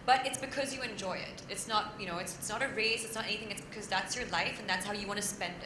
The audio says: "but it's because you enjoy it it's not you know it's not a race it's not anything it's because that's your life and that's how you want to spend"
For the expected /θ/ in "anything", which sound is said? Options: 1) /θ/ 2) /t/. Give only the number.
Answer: 1